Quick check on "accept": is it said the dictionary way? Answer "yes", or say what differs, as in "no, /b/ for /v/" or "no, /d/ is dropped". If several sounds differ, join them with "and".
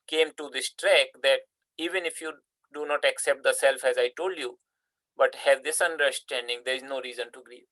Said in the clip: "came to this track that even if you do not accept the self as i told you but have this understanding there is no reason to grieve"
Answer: yes